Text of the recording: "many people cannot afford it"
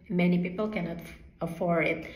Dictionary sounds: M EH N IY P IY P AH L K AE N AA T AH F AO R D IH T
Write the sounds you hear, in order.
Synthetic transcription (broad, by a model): M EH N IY P IY P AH L K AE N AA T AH F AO R IH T